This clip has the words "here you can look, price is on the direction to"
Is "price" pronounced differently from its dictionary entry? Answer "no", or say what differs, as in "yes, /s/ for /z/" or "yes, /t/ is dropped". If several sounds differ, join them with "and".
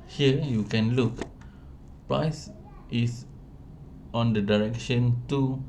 no